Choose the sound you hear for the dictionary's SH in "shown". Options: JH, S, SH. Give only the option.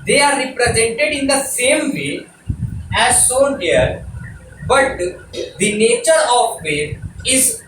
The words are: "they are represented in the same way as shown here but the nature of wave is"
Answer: S